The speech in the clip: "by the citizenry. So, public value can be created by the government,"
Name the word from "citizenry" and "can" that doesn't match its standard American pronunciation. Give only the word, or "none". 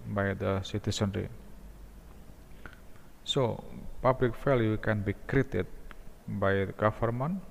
citizenry